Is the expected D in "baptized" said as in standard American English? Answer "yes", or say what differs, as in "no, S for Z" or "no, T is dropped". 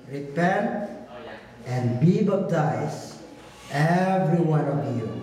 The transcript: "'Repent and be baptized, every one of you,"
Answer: no, D is dropped